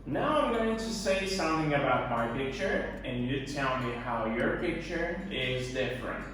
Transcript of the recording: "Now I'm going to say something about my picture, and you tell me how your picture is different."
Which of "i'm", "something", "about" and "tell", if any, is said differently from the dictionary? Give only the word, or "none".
none